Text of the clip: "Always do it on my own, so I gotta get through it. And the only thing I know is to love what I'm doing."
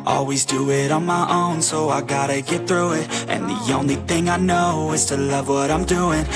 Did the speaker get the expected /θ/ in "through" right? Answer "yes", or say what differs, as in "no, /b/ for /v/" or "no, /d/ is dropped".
yes